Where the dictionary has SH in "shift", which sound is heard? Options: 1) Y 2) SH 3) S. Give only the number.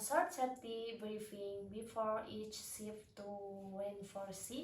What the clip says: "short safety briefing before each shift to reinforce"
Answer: 3